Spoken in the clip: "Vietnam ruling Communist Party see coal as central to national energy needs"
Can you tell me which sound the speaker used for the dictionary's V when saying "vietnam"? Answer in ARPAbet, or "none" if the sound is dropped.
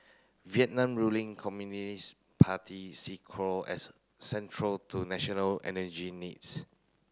V